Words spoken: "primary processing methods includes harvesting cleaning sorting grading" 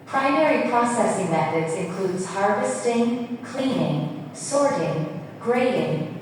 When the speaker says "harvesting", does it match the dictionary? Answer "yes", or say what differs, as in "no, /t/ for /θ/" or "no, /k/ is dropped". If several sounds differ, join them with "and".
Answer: yes